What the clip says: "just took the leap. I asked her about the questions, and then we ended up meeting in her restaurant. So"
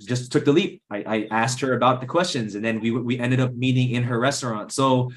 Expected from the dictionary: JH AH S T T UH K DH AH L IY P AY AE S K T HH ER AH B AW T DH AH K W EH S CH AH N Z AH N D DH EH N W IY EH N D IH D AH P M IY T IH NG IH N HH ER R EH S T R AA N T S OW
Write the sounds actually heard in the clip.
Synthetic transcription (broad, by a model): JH AH S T T UH K DH AH L IY P AY AE S K T HH ER AH B AW T DH AH K W EH S CH AH N Z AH N DH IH N W IY EH N D IH D AH P M IY T IH NG IH N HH ER R EH S T R AA N T S OW